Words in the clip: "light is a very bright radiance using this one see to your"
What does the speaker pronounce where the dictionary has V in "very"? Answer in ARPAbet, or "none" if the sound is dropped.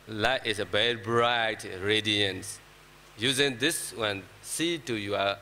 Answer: B